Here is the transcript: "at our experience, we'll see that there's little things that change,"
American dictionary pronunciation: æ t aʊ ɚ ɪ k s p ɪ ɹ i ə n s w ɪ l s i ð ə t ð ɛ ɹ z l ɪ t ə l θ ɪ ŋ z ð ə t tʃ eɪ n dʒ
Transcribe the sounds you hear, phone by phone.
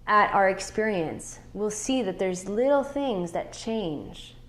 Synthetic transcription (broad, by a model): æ t aʊ ɚ ɪ k s p ɪ ɹ i ə n s w ɪ l s i ð ə t ð ɛ ɹ z l ɪ t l θ ɪ ŋ z ð ə t tʃ eɪ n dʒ